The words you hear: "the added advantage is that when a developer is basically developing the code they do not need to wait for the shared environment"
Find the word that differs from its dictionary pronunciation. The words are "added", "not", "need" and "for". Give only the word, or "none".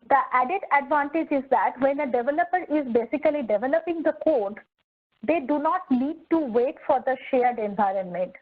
need